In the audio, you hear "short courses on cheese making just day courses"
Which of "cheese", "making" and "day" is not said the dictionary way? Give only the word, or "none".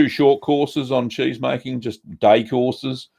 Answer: none